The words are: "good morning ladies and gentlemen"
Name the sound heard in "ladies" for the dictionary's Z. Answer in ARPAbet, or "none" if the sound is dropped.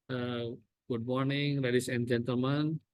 S